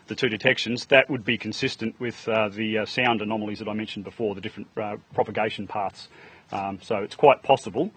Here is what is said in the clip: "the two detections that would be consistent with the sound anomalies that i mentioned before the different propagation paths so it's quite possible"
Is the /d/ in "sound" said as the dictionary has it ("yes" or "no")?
yes